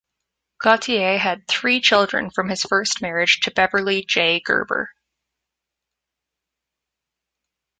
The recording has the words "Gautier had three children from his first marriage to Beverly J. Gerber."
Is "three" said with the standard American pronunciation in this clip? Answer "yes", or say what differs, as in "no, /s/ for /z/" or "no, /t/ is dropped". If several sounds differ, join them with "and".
yes